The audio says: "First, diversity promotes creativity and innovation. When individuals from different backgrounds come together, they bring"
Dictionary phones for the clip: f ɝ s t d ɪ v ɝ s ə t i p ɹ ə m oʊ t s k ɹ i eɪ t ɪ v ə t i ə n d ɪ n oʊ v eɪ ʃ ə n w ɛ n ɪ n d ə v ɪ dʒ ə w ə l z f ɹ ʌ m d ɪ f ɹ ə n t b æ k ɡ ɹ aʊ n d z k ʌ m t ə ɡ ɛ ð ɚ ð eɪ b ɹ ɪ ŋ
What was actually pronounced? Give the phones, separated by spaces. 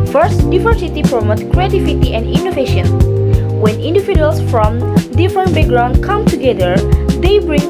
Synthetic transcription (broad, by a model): f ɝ s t d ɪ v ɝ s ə t i p ɹ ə m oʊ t k ɹ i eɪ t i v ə t i ə n d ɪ n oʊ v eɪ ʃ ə n w ɛ n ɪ n d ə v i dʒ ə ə l s f ɹ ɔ m d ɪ f ɹ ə n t b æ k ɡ ɹ aʊ n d k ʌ m t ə ɡ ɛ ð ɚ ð eɪ b ɹ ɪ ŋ